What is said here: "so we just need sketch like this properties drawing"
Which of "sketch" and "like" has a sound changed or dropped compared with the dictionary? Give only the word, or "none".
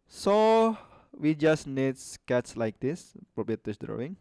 sketch